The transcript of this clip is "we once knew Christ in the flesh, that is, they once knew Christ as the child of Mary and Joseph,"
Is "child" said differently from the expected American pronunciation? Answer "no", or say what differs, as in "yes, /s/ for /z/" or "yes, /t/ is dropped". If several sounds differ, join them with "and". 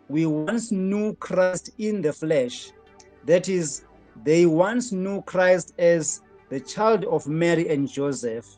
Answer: no